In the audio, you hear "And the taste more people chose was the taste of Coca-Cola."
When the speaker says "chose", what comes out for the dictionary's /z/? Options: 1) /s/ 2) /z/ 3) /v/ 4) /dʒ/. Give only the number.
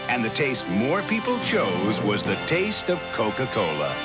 2